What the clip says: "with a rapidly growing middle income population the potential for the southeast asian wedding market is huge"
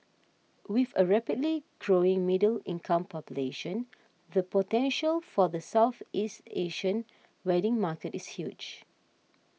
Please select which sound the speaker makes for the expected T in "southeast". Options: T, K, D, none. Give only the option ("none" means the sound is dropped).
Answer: T